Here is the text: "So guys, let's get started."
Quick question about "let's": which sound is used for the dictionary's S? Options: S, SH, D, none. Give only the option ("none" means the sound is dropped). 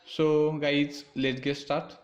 none